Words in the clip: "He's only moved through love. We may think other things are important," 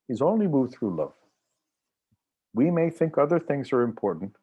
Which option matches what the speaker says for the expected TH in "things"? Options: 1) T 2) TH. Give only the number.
2